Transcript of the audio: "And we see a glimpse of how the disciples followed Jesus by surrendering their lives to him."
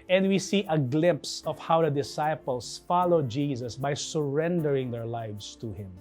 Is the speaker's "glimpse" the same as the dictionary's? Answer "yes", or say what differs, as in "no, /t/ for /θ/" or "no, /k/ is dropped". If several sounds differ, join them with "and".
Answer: yes